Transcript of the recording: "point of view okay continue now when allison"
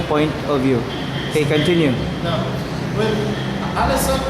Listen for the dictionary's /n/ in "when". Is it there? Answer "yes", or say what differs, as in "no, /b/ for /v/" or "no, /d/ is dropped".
no, /l/ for /n/